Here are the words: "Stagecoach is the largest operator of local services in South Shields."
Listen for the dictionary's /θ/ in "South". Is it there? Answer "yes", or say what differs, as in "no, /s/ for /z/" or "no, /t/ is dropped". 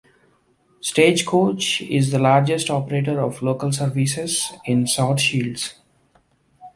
no, /t/ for /θ/